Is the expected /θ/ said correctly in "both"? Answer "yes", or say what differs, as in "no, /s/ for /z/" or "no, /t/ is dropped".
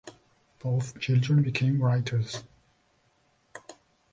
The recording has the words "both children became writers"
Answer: yes